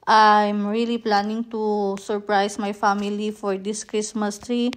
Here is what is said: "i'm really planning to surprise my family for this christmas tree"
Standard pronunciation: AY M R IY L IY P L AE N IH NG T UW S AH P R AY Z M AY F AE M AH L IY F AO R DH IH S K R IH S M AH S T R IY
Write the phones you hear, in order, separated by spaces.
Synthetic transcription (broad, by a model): AY M R IY L IY P L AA N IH NG T UW S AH P R AY S M AY F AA M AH L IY F AO R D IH S K R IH S M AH S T R IY